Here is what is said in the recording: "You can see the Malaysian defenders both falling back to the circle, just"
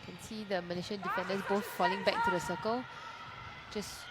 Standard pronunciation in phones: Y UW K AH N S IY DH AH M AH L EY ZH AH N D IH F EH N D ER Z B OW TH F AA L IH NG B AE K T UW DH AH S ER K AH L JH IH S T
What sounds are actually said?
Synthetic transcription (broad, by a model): K AH N S IY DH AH M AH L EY SH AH N D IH F EH N D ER S B OW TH F AA L IH NG B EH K T UW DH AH S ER K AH L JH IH S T